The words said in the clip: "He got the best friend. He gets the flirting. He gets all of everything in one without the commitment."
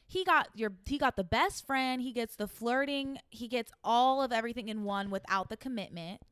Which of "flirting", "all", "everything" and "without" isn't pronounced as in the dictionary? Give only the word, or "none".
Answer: none